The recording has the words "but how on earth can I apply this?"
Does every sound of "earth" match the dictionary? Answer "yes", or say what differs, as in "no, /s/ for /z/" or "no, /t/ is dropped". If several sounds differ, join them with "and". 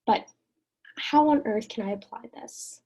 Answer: yes